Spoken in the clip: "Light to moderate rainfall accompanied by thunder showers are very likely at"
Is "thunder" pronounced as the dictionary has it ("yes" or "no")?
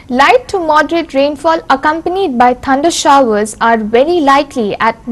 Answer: no